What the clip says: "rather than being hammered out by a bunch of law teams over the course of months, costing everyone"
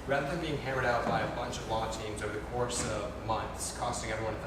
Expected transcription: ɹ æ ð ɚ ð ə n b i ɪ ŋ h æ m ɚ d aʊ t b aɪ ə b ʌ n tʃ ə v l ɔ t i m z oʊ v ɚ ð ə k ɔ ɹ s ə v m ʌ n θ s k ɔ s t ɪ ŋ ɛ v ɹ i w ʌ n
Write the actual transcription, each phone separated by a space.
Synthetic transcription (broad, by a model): ɹ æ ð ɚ ð ə n b i ɪ ŋ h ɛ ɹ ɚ d aʊ t b aɪ ə b ʌ n tʃ ə v l ɔ t i m z oʊ v ɚ ð ə k ɔ ɹ s ə v m ʌ n θ s k ɔ s t ɪ ŋ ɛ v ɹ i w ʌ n